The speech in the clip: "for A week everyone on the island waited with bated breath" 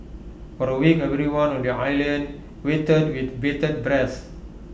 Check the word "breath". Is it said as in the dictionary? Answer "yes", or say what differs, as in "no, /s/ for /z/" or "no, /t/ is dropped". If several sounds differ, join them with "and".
no, /s/ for /θ/